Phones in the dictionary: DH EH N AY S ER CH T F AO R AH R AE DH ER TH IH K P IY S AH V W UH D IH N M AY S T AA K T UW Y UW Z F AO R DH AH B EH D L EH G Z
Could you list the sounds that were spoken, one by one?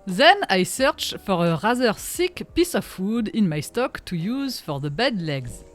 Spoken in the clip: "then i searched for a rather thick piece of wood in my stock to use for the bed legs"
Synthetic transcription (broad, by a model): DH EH N AY S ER CH F AO R AH R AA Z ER S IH K P IY S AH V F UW D IH N M AY S T AA K T UW Y UW Z F AO R DH AH B EH D L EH G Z